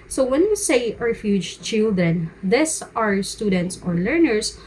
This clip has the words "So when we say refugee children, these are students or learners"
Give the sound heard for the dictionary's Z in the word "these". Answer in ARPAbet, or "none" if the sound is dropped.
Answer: S